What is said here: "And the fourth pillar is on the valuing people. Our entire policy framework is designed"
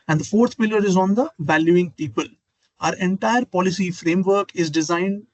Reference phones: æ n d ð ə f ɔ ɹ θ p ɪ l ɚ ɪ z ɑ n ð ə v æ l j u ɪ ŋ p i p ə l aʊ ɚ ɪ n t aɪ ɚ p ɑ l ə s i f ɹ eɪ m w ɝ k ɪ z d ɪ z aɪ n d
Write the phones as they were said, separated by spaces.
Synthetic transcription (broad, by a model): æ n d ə f ɔ ɹ t p ɪ l ɚ ɪ z ɑ n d ə v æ l j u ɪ ŋ p i p ə l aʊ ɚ ɪ n t aɪ ɚ p ɑ l ə s i f ɹ eɪ m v ɝ k ɪ z d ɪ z aɪ n d